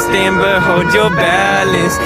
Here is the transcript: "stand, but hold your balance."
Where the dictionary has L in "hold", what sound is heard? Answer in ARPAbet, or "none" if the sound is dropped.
none